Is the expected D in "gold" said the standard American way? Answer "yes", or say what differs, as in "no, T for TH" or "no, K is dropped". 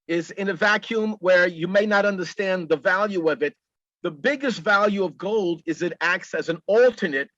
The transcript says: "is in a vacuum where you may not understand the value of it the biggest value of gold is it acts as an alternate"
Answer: yes